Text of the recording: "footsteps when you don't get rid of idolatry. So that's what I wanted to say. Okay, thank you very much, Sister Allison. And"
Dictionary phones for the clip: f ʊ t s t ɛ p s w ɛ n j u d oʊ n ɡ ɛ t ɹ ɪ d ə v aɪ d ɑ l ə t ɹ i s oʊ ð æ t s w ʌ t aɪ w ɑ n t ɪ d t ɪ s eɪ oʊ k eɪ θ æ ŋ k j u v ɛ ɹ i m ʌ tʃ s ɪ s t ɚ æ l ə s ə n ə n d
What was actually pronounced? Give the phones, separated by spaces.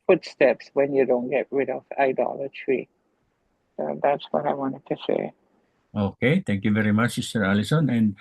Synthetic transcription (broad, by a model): f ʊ t s t ɛ p s w ɛ n j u d oʊ n ɡ ɛ t ɹ ɪ d ə v aɪ d ɑ l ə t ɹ i s oʊ ð æ t s w ʌ t aɪ w ɑ n t ɪ d t ɪ s eɪ oʊ k eɪ t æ ŋ k j u v ɛ ɹ i m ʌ tʃ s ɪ s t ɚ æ l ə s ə n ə n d